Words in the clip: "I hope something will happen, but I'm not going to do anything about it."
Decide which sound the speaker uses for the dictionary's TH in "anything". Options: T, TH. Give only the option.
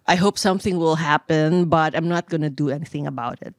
TH